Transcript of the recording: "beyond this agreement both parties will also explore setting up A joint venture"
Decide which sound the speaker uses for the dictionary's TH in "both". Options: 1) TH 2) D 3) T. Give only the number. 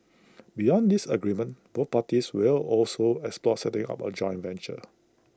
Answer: 3